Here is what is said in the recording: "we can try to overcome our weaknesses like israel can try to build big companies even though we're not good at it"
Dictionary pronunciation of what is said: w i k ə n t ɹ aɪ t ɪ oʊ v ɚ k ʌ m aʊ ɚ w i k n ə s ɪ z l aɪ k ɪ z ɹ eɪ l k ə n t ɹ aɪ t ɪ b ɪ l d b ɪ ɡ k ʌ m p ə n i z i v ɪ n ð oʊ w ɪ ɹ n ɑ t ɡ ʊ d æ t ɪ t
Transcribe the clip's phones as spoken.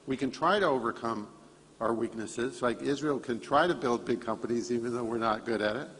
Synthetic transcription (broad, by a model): w i k ə n t ɹ aɪ t ɪ oʊ v ɚ k ʌ m aʊ ɚ w i k n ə s ɪ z l aɪ k ɪ z ɹ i l k ə n t ɹ aɪ t ɪ b ɪ l d b ɪ ɡ k ʌ m p ə n i z i v ɪ n ð oʊ w ɪ ɹ n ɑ t ɡ ʊ d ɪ t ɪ t